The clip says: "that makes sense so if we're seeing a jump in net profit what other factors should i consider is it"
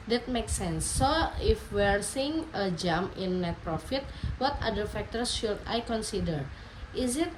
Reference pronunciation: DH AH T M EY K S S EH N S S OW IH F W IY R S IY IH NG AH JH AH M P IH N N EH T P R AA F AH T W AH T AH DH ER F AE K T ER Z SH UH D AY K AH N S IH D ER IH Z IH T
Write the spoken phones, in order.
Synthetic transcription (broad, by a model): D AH T M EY K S S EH N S S OW IH F W IY R S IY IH NG AH JH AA M IH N N EH T P R AA F AH T W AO T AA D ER F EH K T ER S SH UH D AY K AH N S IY D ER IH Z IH T